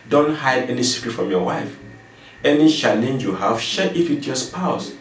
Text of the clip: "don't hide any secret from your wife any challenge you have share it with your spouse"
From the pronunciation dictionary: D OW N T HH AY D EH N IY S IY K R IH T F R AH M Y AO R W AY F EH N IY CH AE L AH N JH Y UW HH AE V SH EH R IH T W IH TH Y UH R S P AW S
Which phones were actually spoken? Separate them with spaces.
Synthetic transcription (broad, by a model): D OW N T HH AY D EH N IY S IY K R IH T F R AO M Y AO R W AY F EH N IY SH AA N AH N Y UW HH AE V SH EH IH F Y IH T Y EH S P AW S